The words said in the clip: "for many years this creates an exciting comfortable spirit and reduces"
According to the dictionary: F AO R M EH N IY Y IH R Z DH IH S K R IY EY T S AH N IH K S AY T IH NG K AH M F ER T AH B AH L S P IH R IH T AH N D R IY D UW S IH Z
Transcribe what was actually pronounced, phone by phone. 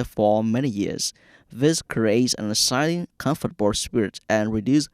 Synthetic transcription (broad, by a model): F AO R M EH N IY Y IH R Z DH IH S K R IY EY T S AH N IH S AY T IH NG K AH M F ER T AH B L S P IH R IH T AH N R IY D UW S